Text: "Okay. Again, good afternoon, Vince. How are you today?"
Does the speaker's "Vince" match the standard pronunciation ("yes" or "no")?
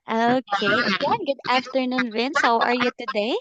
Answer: no